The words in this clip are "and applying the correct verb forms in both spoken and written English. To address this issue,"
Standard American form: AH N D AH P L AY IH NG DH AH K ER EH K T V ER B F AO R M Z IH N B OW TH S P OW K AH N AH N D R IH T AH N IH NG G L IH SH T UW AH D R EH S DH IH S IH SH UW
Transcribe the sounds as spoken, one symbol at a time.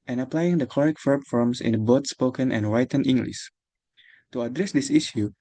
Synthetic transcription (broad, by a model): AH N AH P L AY IH NG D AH K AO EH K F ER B F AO R M S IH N B OW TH S P OW K AH N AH N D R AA T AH N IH NG G L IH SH T UW AH D R EH S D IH S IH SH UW